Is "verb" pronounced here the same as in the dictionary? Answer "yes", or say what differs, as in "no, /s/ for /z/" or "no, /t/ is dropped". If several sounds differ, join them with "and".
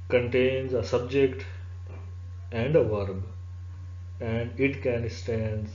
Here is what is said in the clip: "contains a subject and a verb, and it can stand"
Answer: yes